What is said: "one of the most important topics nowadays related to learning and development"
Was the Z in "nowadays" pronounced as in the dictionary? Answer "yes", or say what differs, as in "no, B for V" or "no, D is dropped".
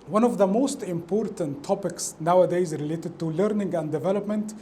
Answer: yes